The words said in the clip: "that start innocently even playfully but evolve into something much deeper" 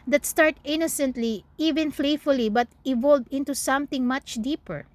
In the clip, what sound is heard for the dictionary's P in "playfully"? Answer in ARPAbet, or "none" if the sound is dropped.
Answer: F